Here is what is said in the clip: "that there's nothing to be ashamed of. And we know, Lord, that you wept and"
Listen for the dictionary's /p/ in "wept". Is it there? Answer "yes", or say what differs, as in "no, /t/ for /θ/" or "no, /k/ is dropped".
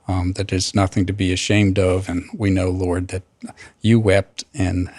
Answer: yes